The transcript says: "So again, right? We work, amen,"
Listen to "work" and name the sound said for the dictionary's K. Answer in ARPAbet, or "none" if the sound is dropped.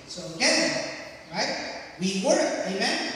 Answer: none